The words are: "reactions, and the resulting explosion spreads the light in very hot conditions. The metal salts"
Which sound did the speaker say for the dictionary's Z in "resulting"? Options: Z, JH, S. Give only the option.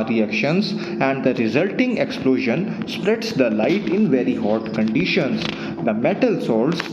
Z